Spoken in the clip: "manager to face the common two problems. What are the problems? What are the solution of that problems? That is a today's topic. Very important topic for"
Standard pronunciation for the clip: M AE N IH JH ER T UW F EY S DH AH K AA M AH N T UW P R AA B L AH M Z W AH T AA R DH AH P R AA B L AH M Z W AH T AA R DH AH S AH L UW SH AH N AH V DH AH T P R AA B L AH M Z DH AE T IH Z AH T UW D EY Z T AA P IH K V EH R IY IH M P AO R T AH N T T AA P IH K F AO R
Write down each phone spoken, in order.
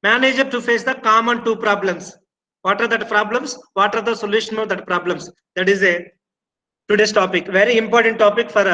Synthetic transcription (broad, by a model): M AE N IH JH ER T UW F EY S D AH K AA M AH N T UW P R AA B L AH M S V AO T AA R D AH P R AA B L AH M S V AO T AA R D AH S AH L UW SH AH N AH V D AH T P R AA B L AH M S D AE T IH Z AH T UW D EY S T AA P IH K V EH R IY IH M P AO R T AH N T T AA P IH K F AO R